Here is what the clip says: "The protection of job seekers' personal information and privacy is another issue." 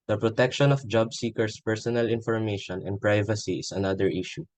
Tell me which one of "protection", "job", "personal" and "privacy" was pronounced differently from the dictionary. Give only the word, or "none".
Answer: none